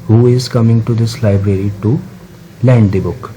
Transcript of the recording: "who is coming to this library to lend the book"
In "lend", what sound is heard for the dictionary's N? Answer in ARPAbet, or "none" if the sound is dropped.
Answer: N